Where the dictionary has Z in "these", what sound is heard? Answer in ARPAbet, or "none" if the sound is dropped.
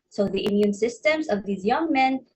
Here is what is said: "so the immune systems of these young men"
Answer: Z